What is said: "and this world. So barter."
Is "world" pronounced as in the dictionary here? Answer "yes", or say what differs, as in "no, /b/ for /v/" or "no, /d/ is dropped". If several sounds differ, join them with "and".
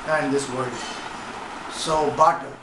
no, /l/ is dropped